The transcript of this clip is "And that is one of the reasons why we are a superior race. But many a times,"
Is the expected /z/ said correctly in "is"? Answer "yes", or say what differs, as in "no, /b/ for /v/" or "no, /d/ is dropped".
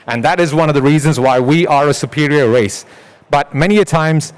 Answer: yes